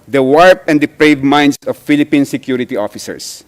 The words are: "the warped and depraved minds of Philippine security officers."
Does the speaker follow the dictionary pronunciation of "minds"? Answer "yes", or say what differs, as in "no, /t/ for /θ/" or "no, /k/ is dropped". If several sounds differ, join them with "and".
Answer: no, /s/ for /z/